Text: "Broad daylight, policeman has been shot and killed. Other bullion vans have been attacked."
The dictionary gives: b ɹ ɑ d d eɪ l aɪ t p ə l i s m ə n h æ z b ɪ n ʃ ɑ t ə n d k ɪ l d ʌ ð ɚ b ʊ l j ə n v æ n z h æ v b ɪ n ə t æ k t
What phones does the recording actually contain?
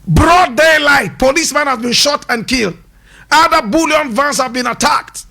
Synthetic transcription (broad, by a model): b ɹ ɑ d d eɪ l aɪ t p ə l i s m ə n h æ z b ɪ n ʃ ɑ t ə n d k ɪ l d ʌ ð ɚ b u l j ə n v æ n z h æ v b ɪ n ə t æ k t